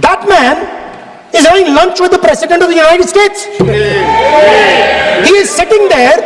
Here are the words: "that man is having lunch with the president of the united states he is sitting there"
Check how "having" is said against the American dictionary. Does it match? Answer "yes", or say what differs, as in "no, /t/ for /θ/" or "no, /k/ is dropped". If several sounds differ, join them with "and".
no, /v/ is dropped